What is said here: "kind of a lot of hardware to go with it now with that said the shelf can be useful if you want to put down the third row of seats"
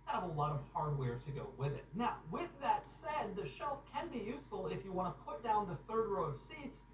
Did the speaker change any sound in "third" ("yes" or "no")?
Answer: no